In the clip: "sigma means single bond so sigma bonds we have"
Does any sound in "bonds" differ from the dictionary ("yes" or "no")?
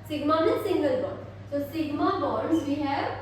yes